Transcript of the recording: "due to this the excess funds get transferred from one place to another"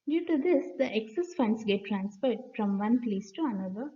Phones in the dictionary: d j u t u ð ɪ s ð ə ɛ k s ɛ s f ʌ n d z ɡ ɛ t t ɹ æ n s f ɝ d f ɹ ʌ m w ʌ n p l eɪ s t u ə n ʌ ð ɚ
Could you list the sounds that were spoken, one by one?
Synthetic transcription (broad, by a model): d j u t u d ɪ s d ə ɛ k s ɛ s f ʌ n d s ɡ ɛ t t ɹ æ n s p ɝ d f ɹ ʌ m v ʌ n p l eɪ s t u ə n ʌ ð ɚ